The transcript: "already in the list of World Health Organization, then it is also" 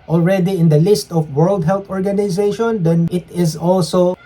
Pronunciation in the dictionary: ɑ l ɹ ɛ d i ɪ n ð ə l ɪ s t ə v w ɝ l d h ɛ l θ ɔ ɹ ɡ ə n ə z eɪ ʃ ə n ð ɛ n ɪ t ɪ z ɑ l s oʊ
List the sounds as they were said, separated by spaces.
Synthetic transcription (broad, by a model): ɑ l ɹ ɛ d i ɪ n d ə l ɪ s t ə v w ɝ l d h ɛ l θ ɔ ɹ ɡ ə n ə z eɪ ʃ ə n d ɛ n ɪ t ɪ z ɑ l s oʊ